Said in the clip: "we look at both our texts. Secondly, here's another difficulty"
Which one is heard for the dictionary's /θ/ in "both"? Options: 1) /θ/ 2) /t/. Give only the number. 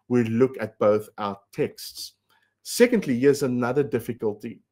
1